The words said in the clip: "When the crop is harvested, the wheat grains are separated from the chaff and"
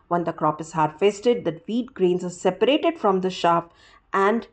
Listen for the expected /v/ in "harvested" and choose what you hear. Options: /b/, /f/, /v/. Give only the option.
/f/